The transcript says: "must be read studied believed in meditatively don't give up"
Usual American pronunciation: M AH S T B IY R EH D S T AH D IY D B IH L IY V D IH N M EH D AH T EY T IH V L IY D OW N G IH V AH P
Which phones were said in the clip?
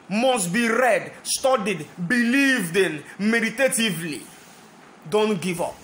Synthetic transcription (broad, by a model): M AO S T B IY R EH D S T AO D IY D B IH L IY V D IH N M EH D AH T EY T IH V L IY D OW N G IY V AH P